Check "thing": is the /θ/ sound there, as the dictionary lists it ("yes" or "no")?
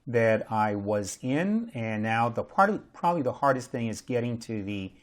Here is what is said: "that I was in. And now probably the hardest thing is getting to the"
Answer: yes